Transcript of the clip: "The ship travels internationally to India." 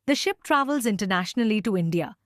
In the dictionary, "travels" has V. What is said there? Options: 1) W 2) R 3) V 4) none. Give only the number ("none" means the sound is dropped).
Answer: 3